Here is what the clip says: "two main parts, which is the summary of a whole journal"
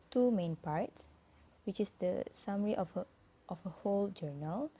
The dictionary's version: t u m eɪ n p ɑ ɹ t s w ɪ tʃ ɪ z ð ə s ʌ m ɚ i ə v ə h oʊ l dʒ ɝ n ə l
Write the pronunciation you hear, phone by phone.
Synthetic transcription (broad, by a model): t u m eɪ n p ɑ ɹ t s w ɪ tʃ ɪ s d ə s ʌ m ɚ i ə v ə h oʊ l dʒ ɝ n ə l